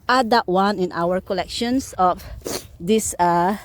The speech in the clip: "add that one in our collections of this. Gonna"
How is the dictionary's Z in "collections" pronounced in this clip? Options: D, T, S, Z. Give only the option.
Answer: S